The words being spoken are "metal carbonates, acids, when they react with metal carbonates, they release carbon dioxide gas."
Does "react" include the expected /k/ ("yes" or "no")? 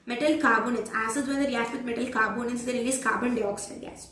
no